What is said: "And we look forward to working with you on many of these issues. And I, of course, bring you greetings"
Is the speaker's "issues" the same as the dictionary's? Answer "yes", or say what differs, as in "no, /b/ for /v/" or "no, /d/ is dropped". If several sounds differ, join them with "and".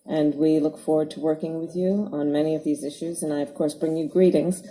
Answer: yes